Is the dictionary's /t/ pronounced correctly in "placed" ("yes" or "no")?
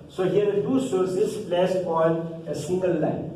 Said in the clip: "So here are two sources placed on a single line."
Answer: no